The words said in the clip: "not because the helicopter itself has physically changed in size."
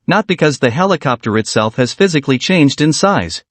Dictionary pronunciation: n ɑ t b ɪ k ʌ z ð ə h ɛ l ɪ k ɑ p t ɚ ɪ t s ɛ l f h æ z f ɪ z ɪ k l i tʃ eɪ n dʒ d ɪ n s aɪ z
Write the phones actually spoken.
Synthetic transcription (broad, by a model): n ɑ t b ɪ k ʌ z ð ə h ɛ l ɪ k ɑ p t ɚ ɪ t s ɛ l f h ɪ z f ɪ z ɪ k l i tʃ eɪ n dʒ d ɪ n s aɪ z